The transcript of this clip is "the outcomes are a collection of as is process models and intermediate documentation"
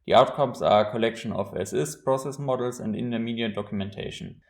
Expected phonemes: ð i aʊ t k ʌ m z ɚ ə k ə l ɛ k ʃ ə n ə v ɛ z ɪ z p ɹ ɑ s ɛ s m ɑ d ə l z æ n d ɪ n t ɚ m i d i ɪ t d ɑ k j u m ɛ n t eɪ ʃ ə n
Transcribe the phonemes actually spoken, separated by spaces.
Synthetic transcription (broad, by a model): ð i aʊ t k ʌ m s ə k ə l ɛ k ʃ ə n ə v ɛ s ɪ s p ɹ ɑ s ɛ s m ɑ d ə l s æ n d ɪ n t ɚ m i d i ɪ d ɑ k j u m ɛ n t eɪ ʃ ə n